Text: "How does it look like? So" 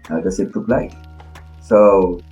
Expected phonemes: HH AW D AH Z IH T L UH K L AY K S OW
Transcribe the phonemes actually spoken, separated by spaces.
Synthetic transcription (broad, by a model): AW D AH S IH T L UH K L AY K S OW